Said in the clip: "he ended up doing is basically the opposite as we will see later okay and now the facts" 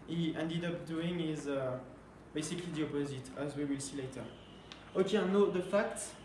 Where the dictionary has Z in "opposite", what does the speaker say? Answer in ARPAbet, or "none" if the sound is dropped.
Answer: Z